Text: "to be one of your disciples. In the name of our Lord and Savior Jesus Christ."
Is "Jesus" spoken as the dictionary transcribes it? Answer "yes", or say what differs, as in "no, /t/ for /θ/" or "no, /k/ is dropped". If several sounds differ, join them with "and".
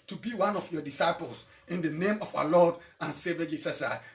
no, /s/ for /z/